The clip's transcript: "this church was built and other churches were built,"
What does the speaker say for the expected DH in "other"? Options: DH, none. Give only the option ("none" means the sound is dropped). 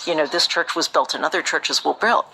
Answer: DH